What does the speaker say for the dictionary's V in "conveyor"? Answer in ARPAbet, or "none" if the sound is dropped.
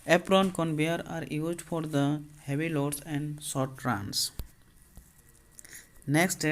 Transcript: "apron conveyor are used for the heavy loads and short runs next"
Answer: B